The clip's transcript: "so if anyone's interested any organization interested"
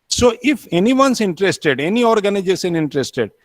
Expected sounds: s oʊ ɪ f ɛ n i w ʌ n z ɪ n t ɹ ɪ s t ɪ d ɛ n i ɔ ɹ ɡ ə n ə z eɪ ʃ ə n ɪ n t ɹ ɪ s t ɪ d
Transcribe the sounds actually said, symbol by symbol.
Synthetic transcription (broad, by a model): s oʊ ɪ f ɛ n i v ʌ n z ɪ n t ɹ ɪ s t ɪ d ɛ n i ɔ ɹ ɡ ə n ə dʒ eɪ s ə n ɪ n t ɹ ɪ s t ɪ d